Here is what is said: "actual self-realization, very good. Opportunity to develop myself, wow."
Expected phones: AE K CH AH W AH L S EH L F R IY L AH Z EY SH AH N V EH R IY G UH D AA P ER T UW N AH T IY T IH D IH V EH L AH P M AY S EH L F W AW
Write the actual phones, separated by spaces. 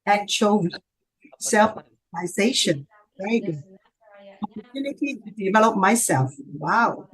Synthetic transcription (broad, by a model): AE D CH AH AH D S EH L F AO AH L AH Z EY SH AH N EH IY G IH AA P ER T UW N AH T IY T IH D IH V EH L AH P M AY S EH L F W AW